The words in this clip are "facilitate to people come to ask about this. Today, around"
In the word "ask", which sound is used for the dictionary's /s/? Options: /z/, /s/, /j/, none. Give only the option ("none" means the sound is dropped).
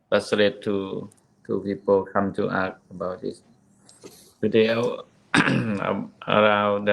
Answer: none